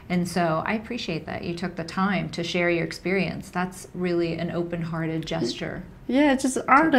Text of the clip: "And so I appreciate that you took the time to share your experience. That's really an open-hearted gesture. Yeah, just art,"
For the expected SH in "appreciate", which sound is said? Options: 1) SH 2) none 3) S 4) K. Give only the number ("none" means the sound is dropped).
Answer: 1